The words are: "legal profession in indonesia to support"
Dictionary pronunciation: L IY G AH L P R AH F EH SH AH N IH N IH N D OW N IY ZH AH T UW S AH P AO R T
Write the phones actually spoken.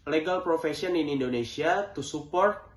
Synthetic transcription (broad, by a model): L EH G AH L P R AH F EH S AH N IH N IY N D OW N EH S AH T UW S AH P AO R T